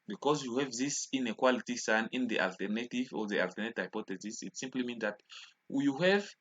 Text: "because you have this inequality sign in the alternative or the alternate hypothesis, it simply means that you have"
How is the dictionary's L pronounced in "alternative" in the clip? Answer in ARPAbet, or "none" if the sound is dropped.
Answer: L